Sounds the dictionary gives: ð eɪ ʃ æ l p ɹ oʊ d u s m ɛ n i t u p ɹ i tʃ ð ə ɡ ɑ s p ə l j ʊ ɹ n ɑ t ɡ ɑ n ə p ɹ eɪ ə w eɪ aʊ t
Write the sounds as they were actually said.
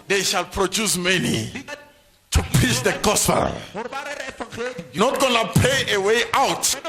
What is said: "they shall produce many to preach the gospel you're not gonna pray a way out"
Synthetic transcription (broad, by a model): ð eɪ ʃ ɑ l p ɹ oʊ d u s m ɛ n i t u p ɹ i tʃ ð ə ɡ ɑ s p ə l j n ɑ t ɡ ɑ n ə p eɪ ə w eɪ aʊ t